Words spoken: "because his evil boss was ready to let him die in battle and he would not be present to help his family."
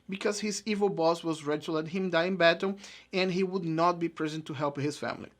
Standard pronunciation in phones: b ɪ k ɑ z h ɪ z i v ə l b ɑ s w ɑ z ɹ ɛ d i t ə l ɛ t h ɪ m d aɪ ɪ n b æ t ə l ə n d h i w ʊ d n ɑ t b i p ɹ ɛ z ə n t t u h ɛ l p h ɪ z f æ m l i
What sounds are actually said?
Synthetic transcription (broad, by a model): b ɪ k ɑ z h ɪ z i v ə l b ɑ s w ɑ z ɹ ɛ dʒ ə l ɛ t h ɪ m d aɪ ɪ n b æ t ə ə n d h i w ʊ d n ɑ t b i p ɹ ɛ z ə n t t u h ɛ l p h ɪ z f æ m l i